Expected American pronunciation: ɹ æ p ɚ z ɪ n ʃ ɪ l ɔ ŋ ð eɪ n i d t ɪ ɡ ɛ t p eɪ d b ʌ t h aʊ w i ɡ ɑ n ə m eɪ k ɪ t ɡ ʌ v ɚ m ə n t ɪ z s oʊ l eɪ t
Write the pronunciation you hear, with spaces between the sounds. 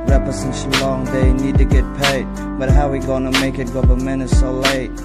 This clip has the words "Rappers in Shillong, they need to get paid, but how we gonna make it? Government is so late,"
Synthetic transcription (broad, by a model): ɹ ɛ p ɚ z ɪ n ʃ l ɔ ŋ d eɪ n i d t ɪ ɡ ɛ t p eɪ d b ʌ t h aʊ w i ɡ ɑ n ə m eɪ k ɪ t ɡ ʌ p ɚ m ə n ɪ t s oʊ l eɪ t